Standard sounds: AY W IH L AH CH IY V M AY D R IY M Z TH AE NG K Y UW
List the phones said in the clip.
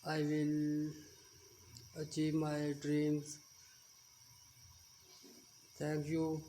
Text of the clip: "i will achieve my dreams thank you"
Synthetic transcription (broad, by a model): AY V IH L AH CH IY V M AY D R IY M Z T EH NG K Y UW